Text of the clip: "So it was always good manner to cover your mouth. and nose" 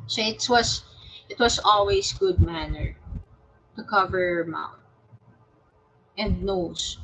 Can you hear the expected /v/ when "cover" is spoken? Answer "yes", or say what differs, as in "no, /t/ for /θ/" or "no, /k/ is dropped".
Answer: yes